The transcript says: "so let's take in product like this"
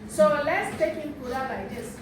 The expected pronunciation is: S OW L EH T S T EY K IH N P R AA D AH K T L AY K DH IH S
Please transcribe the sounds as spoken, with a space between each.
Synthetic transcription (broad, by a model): S OW L EH T S T EY K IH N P UW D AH T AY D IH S